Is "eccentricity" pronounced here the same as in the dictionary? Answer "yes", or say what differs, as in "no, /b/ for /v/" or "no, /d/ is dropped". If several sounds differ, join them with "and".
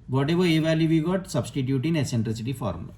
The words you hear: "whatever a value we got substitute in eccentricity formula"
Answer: no, /k/ is dropped